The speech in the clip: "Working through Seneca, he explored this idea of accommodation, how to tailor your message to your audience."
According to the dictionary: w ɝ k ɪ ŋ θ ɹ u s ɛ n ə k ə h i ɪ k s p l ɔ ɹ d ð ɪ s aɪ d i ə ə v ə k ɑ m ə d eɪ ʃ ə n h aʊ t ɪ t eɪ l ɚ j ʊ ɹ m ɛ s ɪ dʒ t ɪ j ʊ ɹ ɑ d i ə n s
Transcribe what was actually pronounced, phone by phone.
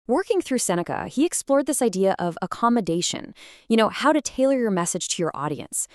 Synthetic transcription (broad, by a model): w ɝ k ɪ ŋ θ ɹ u s ɛ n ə k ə h i ɪ k s p l ɔ ɹ d ð ɪ s aɪ d i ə ə v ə k ɑ m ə d eɪ ʃ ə n h aʊ t ɪ t eɪ l ɚ j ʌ ɹ m ɛ s ɪ dʒ t ɪ j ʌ ɹ ɑ d i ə n s